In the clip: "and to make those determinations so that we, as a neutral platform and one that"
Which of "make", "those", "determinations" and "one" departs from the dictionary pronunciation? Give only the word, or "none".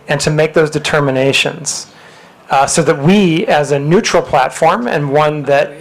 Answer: none